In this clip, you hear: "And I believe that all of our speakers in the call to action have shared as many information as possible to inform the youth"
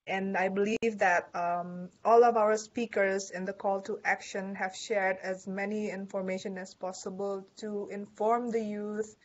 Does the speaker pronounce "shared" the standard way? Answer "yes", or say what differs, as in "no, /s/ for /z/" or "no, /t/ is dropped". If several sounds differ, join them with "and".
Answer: yes